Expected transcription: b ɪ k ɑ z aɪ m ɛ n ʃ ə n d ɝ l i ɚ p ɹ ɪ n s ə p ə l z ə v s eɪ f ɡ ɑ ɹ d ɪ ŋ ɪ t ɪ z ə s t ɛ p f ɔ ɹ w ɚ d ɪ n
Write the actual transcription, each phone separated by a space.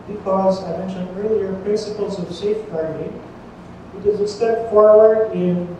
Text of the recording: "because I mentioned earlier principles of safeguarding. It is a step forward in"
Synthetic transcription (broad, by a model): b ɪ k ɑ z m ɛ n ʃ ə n ɝ l i ɚ p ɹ ɪ n s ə p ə l z ə v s eɪ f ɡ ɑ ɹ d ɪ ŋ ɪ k ɪ z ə s t ɛ p f ɔ ɹ w ɚ d ɪ n